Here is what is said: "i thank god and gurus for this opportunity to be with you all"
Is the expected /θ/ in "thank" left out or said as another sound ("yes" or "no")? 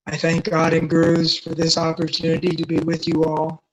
no